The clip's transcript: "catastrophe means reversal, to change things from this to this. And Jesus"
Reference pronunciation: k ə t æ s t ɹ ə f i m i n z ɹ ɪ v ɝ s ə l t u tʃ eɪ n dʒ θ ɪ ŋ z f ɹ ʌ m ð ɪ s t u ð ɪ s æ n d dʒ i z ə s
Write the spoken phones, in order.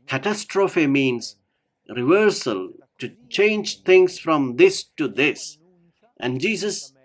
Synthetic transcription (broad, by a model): k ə t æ s t ɹ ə f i m i n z ɹ ɪ v ɝ s ə l t u tʃ eɪ n dʒ t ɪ ŋ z f ɹ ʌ m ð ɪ s t u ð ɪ s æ n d dʒ i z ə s